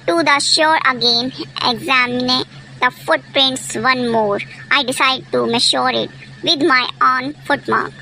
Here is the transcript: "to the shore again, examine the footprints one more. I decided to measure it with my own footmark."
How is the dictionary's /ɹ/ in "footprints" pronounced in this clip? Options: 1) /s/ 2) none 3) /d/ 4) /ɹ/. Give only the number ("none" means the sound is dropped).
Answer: 4